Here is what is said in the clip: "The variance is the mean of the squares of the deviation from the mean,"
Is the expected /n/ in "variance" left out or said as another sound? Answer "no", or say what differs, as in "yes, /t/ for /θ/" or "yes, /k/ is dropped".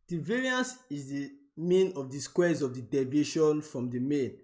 no